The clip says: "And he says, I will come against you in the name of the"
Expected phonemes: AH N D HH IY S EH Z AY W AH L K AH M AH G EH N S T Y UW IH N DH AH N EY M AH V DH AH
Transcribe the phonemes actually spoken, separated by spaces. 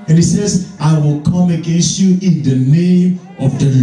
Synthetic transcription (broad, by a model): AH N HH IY S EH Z AY W AH L K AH M AH G EH N S T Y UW IH N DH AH N EY M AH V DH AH